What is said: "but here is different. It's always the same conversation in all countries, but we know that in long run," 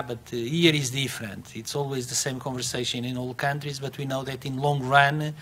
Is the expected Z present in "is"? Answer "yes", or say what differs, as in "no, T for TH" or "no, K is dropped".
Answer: yes